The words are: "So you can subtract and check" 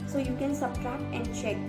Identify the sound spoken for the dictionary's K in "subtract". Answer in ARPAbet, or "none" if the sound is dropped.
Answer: none